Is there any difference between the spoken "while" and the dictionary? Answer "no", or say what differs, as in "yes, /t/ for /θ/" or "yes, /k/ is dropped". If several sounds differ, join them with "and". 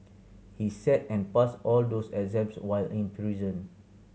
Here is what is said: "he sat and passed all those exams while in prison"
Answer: no